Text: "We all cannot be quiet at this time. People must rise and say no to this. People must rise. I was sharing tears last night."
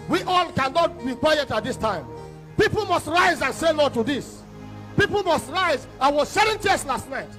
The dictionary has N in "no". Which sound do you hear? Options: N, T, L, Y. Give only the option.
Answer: L